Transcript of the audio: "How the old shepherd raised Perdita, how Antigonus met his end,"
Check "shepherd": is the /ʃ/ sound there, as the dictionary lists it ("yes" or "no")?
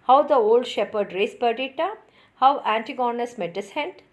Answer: yes